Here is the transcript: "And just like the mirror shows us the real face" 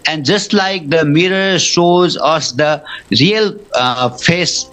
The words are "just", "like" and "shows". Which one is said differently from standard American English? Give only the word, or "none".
none